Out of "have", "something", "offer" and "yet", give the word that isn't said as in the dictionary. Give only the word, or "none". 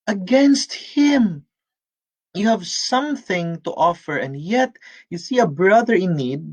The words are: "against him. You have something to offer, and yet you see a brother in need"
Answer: none